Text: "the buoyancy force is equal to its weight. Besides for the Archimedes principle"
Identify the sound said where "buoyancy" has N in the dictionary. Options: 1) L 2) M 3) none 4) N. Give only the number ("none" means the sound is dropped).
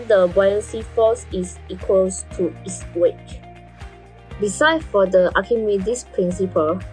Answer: 3